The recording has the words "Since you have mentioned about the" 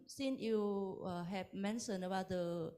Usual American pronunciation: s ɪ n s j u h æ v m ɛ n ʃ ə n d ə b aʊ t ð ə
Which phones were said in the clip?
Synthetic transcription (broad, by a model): s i n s j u h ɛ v m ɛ n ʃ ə n ə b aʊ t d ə